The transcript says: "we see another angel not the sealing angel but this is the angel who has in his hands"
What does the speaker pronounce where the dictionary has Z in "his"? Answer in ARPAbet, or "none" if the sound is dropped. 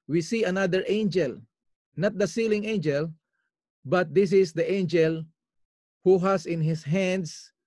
S